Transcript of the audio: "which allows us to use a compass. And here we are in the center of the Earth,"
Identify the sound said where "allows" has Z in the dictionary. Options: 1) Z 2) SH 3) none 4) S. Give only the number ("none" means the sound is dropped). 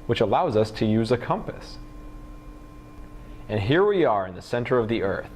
1